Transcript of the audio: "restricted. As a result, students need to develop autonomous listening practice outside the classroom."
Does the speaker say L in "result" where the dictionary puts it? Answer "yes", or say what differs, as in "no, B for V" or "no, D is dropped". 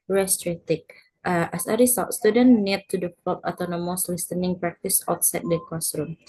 no, L is dropped